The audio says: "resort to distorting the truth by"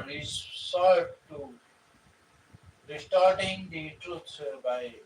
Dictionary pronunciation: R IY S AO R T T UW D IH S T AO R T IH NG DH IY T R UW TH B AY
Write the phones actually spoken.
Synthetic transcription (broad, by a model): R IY S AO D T T UW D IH S T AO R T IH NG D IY T R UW S B AY